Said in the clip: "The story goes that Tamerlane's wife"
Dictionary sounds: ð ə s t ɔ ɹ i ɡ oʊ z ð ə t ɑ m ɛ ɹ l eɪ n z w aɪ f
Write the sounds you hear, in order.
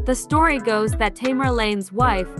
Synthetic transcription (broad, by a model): ð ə s t ɔ ɹ i ɡ oʊ z ð ə t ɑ m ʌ ɹ l eɪ n z w aɪ f